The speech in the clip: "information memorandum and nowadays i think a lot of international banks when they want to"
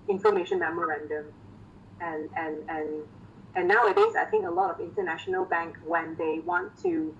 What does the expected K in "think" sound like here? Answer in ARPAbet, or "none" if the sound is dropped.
K